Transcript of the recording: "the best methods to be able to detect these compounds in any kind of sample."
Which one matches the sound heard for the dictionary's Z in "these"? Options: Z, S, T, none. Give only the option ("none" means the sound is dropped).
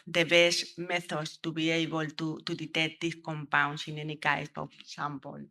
S